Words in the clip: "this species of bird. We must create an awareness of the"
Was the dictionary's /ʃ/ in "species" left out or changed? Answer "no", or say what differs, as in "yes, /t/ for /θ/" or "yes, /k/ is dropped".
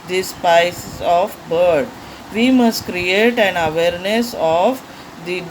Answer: yes, /ʃ/ is dropped